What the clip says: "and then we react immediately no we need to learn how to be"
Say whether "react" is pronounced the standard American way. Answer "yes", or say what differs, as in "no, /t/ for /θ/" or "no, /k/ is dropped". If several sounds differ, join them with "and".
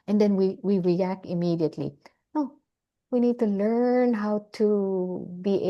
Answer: yes